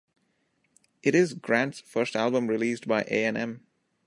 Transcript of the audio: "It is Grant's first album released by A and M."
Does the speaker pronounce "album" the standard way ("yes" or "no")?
yes